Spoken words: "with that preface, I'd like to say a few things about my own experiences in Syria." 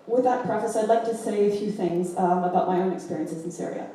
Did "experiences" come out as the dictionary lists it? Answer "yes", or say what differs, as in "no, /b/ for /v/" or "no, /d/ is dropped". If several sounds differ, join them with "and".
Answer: yes